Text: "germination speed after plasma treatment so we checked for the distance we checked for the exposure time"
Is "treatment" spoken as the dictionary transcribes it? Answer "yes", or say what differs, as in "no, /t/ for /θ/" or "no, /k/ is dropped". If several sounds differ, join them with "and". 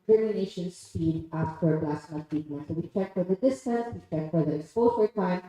no, /ɹ/ is dropped